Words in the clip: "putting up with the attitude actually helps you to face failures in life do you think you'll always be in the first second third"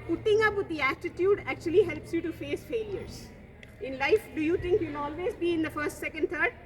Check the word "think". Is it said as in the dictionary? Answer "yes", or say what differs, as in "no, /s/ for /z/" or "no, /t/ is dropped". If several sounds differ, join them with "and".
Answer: no, /t/ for /θ/